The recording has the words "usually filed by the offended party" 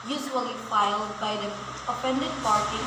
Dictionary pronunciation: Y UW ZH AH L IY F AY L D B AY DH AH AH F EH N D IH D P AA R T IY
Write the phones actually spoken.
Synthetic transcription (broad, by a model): Y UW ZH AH L IY F AY L D B AY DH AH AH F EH N D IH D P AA R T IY